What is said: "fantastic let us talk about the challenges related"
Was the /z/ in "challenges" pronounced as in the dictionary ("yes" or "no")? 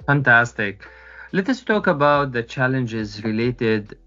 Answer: yes